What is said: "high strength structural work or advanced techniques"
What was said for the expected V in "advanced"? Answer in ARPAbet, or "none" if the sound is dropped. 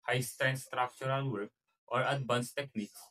B